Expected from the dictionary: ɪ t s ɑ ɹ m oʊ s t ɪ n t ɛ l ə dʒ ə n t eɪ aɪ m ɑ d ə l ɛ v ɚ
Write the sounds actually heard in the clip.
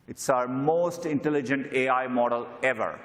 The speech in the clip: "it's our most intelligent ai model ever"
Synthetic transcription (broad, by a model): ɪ t s ɑ ɹ m oʊ s t ɪ n t ɛ l ə dʒ ə n t eɪ aɪ m ɑ d ə l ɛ v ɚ